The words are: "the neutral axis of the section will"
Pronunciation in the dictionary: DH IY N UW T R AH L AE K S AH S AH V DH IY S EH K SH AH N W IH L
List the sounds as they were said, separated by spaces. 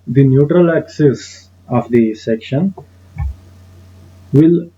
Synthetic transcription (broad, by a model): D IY N UW T R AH L AE K S AH S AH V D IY S EH K SH AH N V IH L